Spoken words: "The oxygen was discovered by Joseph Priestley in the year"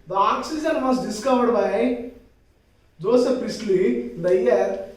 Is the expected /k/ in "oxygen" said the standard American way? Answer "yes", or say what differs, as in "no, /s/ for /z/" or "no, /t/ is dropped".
yes